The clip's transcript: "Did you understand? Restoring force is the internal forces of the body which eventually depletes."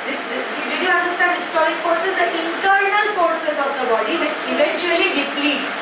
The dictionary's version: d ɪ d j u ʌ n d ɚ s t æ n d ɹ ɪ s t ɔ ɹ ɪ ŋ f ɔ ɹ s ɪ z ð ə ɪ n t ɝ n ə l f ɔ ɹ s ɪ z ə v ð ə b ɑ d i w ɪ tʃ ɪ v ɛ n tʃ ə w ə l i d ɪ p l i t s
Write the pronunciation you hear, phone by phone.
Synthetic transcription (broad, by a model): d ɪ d j u ʌ n d ɚ s t æ n d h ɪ s t ɔ ɹ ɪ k f ɔ ɹ s ɪ z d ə ɪ n t ɝ n ə l f ɔ ɹ s ɪ z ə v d ə b ɑ d i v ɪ tʃ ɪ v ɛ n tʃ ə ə l i d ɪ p l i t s